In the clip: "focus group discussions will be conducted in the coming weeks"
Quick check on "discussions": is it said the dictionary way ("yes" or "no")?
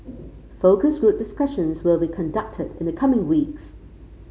yes